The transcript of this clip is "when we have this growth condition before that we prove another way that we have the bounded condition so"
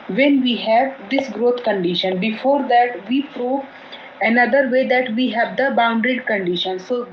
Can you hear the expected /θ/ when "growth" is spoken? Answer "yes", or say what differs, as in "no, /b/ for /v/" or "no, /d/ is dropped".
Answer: no, /t/ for /θ/